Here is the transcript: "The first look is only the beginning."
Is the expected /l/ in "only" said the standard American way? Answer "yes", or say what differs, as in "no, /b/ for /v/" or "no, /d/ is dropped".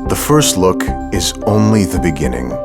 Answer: yes